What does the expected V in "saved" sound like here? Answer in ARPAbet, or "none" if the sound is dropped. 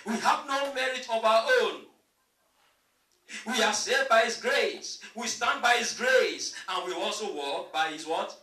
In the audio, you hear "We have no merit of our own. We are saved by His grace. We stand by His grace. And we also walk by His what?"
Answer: none